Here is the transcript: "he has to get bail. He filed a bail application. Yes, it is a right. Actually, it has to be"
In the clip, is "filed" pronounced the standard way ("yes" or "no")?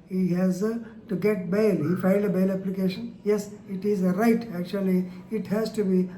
no